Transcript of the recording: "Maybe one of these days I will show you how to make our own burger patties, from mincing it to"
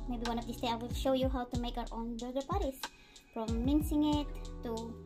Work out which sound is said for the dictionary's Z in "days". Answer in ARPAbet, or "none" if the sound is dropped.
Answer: none